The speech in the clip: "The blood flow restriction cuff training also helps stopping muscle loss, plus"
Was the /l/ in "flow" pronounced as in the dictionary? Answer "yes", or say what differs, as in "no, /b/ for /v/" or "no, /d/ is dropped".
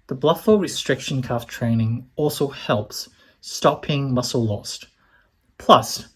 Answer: no, /l/ is dropped